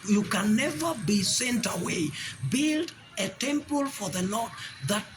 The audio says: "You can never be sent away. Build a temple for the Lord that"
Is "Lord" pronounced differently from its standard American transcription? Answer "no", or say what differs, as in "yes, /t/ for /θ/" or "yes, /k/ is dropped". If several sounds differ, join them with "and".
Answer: yes, /n/ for /l/